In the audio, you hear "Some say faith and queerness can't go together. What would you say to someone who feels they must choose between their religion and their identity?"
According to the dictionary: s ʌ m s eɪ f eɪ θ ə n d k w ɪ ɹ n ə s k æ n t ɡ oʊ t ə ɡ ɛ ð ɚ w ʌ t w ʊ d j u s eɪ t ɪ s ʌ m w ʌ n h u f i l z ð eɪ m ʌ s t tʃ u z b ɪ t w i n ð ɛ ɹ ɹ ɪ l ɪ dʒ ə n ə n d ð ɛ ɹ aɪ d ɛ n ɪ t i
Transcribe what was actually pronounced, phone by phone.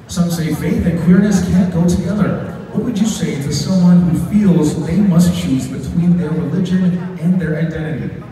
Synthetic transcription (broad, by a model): s ʌ m s eɪ f eɪ θ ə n k w ɪ ɹ n ə s k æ n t ɡ oʊ t ə ɡ ɛ ð ɚ w ʌ t w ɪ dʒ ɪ s eɪ t ɪ s ʌ m w ʌ n h u f i l z ð eɪ m ʌ s t tʃ u z b ɪ t w i n ð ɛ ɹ ɹ ɪ l ɪ dʒ ə n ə n ð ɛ ɹ aɪ d ɛ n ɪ t i